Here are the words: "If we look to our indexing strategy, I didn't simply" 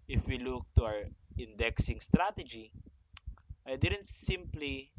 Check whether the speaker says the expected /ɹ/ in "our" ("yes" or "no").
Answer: no